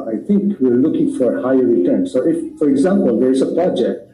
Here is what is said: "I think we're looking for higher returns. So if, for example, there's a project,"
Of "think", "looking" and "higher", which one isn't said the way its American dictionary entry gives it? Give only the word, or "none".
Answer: think